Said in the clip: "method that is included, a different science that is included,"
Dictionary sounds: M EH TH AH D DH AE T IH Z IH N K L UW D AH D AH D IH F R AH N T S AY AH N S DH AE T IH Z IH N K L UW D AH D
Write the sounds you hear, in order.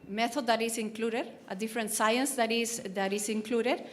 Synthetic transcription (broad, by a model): M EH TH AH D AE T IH S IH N K L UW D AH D AH D IH F R AH N T S AY AH N S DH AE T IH S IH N K L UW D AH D